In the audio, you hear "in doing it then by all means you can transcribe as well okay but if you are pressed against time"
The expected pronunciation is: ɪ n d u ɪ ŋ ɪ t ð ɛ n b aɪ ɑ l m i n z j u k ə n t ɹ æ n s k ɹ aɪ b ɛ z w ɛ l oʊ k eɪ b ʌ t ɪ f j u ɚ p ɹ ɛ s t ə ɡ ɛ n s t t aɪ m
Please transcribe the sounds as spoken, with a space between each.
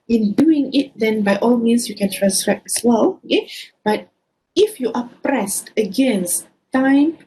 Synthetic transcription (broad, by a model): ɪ n d u ɪ ŋ ɪ t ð ɛ n b aɪ ɑ l m i n s j u k ə n t ɹ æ n s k ɹ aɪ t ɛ s w ɛ l oʊ k eɪ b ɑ t ɪ f j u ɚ p ɹ ɛ s t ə ɡ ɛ n s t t aɪ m